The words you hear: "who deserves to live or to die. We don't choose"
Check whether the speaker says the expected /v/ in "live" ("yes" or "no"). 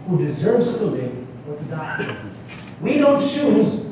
no